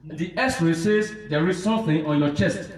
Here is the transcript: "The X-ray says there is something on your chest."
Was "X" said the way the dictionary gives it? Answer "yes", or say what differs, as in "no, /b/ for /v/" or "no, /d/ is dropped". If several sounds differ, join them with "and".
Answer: no, /k/ is dropped